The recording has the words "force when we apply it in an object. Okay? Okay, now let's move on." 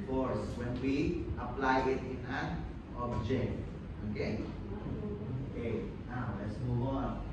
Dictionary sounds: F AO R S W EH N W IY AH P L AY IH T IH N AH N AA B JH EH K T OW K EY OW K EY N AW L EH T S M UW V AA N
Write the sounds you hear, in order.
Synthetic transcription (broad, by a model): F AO R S W EH N W IY AH P L AY IH T IH N AH N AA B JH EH K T OW K EY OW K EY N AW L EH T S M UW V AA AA